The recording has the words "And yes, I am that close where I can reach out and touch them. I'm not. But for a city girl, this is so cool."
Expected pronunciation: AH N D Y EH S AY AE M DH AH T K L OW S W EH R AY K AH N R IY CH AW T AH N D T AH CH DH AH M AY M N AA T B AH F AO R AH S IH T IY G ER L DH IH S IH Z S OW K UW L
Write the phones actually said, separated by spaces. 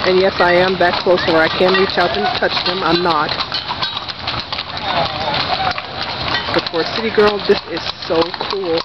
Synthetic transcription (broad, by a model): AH N Y EH S AY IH M DH AH T K L OW S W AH R AY K AH N R IY CH AW T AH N T AH CH DH AH M AY M N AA T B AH P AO R S IH T IY G ER L DH IH S IH Z S OW K UW L